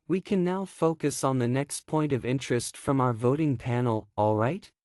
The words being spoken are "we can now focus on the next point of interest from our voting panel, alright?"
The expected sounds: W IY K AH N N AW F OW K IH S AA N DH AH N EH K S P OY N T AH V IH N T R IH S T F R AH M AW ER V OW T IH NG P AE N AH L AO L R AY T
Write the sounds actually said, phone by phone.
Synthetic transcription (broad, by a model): W IY K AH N N AW F OW K IH S N DH AH N EH K S P OY N T AH V IH N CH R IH S T F R AH M AW ER V OW T IH NG P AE N L AO L R AY T